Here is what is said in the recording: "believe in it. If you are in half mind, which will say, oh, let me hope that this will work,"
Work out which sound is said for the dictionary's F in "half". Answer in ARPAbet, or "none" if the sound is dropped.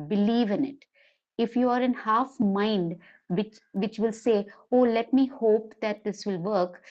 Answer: F